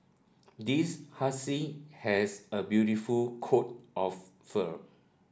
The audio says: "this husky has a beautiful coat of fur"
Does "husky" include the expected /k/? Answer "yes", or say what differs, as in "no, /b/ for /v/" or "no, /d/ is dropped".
no, /k/ is dropped